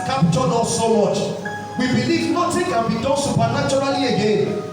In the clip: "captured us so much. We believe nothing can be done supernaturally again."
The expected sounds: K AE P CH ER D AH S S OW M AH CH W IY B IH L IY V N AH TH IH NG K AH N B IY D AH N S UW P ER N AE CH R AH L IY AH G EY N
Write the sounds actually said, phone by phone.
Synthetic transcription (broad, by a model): K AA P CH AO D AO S S OW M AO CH W IY B IH L IY V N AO T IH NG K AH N B IY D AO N S UW P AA N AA CH R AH L IY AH G EY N